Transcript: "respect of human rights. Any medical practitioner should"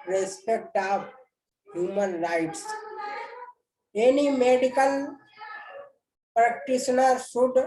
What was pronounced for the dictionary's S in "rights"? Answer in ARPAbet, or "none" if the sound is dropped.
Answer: S